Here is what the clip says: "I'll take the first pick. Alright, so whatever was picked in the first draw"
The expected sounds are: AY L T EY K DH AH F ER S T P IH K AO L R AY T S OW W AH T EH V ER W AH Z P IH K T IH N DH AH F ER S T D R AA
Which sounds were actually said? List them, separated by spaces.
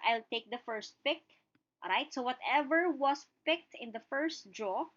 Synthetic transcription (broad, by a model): AY L T EY K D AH F ER S T P IH K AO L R AY T S OW W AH T EH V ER W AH S P IH K T IH N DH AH F ER S T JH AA